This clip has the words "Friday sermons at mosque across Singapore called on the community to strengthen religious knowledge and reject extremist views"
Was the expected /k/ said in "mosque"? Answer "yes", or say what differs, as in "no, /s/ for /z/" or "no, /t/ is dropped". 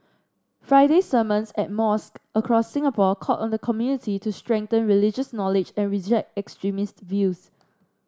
yes